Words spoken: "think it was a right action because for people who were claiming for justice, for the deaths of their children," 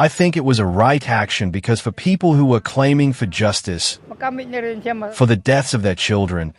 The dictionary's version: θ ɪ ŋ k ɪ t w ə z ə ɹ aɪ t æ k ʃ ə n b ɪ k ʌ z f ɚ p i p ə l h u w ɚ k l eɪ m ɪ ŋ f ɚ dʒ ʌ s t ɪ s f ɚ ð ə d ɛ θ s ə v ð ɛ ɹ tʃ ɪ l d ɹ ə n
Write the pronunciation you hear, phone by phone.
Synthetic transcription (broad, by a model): θ ɪ ŋ k ɪ t w ə z ə ɹ aɪ t æ k ʃ ə n b ɪ k ʌ z f ɚ p i p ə l h u w ɚ k l eɪ m ɪ ŋ f ɚ dʒ ʌ s t ɪ s f ɚ ð ə d ɛ θ s ə v ð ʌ ɹ tʃ ɪ l d ɹ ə n